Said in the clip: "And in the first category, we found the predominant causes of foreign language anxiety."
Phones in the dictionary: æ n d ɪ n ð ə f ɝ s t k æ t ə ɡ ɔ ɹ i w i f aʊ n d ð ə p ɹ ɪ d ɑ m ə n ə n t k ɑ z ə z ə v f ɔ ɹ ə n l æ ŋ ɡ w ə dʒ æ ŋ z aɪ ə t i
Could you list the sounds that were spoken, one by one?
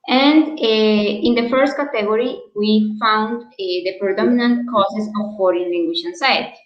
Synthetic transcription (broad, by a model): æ n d ɪ n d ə f ɝ s t k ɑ t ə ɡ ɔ ɹ i w i f aʊ n d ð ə p ɹ ɪ d ɑ m ə n ə n t k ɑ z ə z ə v f ɔ ɹ ə n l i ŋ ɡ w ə ʃ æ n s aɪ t